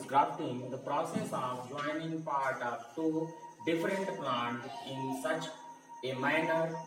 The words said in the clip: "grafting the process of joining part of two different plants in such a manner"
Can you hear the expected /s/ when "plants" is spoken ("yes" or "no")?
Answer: no